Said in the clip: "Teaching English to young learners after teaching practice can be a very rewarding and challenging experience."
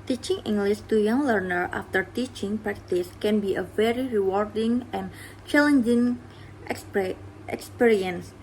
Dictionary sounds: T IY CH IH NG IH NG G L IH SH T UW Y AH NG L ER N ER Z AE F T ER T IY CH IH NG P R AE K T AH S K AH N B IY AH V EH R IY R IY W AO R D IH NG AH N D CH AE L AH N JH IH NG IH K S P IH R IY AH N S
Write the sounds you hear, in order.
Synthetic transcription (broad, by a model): T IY CH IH NG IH NG G L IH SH T UW Y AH NG L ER N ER AA F T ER T IY CH IH NG P R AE K T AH S K AH N B IY AH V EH R IY R IY W AO R D IH NG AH N CH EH L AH N JH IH NG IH K S P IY R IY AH N S